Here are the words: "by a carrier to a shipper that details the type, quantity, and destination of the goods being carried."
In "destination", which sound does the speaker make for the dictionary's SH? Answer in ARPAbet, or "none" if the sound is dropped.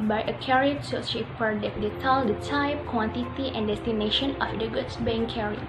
SH